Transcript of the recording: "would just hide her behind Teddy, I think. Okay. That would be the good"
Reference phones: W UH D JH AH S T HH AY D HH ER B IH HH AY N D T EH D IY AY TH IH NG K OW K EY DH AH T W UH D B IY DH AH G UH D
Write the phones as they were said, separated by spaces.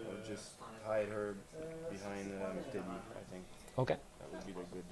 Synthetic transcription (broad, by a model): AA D JH AH S T HH AY D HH ER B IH HH AY N D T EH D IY AY TH IH NG K OW K EY DH AH T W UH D B IY DH AH G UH D